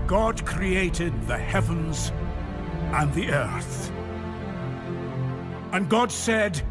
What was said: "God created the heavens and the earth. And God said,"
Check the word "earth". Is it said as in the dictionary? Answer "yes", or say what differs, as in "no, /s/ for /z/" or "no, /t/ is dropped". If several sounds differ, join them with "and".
yes